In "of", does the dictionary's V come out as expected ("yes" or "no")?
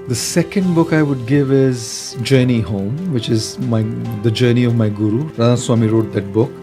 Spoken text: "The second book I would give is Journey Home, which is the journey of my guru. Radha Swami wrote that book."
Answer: yes